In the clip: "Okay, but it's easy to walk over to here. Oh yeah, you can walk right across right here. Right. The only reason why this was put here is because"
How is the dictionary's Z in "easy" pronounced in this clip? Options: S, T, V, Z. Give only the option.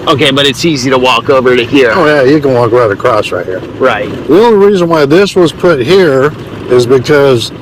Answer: Z